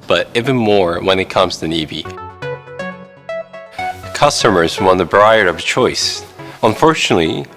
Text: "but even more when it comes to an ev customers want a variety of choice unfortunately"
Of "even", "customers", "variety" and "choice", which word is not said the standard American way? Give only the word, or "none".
variety